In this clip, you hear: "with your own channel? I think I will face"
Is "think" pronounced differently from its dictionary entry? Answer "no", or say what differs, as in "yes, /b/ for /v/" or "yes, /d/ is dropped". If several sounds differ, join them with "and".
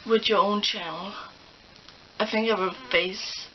no